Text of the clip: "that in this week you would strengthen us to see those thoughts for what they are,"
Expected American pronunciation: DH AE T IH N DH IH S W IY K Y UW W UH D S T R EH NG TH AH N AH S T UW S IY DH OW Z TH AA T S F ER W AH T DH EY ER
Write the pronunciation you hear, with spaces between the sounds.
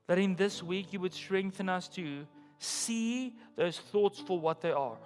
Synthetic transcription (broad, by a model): DH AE T IH N DH IH S W IY K Y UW W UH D S T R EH NG TH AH N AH S T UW S IY DH OW Z TH AA T S F ER W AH T DH EY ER